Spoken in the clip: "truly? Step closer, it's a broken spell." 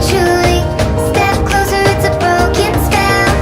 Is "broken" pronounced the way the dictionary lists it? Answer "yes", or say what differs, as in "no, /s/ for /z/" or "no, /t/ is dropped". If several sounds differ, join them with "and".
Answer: yes